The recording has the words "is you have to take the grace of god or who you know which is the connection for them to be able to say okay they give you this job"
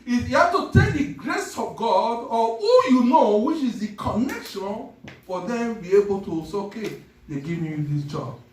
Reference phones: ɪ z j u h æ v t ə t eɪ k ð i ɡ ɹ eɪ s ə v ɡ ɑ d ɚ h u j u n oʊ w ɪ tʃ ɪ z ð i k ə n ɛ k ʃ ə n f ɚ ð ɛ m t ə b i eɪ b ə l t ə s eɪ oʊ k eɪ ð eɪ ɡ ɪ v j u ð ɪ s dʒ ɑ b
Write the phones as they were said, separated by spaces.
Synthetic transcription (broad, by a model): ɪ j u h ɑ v t ə t eɪ k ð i ɡ ɹ eɪ s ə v ɡ ɑ d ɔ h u j u n oʊ w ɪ tʃ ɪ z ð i k ə n ɛ k ʃ ə n f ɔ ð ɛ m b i eɪ b ə l t ə s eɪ oʊ k eɪ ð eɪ ɡ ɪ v j u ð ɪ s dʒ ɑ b